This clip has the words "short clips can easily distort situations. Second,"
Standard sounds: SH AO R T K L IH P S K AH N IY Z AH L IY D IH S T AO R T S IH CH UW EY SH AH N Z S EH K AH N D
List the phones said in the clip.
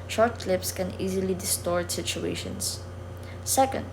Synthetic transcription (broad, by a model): SH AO R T K L IH P S K AH N IY Z AH L IY D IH S T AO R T S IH CH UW EY SH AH N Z S EH K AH N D